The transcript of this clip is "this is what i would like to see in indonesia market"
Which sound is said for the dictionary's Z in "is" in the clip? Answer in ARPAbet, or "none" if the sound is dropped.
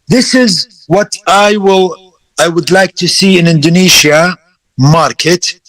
Z